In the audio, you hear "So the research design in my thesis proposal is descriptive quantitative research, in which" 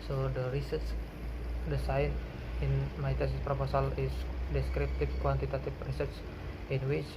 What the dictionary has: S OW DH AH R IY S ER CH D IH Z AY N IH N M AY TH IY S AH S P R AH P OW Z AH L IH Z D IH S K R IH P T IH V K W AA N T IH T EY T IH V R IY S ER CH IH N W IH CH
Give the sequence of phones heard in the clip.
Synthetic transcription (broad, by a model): S OW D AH R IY S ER S D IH S AY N IH N M AY T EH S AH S P R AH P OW S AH L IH S D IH S K R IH P T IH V K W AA N T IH T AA T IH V R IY S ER S IH N W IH CH